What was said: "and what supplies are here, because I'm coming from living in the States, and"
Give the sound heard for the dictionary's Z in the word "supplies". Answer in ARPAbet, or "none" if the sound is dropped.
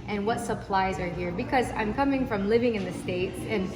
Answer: Z